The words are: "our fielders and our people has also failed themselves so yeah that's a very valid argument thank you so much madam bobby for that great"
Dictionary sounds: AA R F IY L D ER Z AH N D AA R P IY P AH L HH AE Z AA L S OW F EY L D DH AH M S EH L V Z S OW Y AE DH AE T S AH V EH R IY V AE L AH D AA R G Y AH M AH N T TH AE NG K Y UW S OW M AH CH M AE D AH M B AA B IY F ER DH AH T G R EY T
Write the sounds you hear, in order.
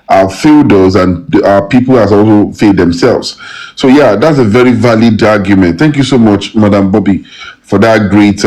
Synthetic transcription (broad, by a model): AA F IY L D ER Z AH N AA P IY P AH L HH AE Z AA L S OW F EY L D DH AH M S EH L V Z S OW Y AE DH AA T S AH V EH R IY V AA L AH D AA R G Y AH M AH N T TH AE NG K Y UW S OW M AH CH M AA D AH M B AA B IY F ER DH AH T G R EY T